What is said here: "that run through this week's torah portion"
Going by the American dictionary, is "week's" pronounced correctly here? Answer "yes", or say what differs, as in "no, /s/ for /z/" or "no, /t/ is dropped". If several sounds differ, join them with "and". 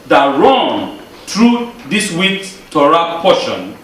no, /s/ is dropped